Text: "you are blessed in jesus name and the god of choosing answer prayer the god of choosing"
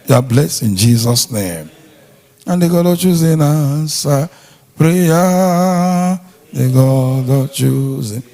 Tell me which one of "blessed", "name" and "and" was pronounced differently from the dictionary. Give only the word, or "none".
blessed